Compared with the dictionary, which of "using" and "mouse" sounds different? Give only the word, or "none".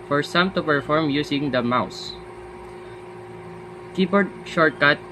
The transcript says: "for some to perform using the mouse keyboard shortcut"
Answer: using